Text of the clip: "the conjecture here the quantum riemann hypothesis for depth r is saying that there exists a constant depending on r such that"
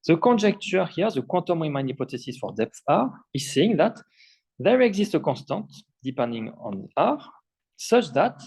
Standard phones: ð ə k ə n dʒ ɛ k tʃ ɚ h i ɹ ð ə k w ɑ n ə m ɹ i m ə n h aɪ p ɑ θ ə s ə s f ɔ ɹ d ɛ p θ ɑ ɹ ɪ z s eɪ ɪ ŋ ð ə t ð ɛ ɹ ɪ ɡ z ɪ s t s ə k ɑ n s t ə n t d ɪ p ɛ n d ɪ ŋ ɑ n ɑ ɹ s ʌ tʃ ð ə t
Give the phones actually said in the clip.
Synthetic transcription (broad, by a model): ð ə k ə n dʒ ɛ k tʃ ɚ h i ɹ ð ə k w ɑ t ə m ɹ i m ə n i p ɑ t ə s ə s f ɔ ɹ d ɛ p θ ɑ ɹ ɪ z s eɪ ɪ ŋ ð ə t ð ɛ ɹ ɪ ɡ z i s t ə k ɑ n s t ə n t d ɪ p ɛ n d ɪ ŋ ɑ n ɑ ɹ s ʌ tʃ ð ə t